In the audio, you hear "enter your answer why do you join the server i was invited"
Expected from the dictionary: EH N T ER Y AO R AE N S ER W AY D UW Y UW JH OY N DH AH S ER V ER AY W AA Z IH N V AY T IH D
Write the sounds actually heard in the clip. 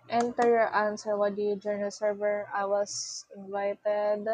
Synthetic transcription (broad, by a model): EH N T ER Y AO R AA N S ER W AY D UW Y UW JH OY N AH S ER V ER AY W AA S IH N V AY T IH D